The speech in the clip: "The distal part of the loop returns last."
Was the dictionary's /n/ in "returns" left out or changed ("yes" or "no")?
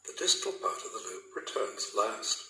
no